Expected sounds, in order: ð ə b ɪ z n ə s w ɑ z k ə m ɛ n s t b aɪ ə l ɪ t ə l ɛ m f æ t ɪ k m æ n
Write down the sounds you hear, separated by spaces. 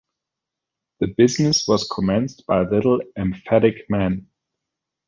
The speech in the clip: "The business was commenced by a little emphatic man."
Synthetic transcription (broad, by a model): ð ə b ɪ z n ə s w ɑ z k ə m ɛ n s t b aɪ ə l ɪ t l ɛ m f æ t ɪ k m æ n